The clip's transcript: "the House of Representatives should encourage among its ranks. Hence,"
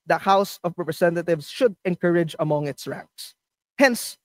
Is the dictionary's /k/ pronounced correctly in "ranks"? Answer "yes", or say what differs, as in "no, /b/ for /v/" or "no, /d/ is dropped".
yes